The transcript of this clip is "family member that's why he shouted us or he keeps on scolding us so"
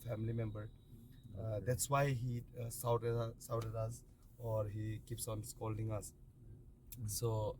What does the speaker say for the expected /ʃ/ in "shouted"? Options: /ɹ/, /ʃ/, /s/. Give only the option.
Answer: /s/